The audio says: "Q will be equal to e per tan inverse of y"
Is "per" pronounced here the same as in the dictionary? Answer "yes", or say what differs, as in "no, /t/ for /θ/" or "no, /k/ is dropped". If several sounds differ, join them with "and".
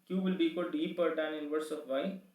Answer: yes